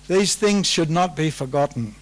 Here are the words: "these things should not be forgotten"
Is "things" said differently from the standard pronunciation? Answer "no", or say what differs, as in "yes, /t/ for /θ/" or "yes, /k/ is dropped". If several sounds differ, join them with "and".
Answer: no